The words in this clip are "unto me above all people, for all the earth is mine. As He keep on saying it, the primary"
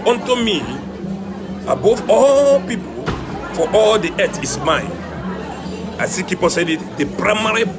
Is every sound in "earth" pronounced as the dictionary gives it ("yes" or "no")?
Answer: no